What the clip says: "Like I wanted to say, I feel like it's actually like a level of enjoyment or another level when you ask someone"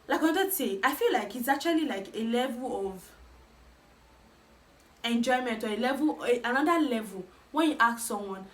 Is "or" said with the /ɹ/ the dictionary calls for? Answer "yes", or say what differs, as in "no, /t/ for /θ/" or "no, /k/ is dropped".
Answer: no, /l/ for /ɹ/